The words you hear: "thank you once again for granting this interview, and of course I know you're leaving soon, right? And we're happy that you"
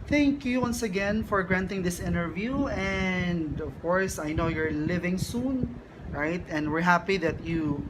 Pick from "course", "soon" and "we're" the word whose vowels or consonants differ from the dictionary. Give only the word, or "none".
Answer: none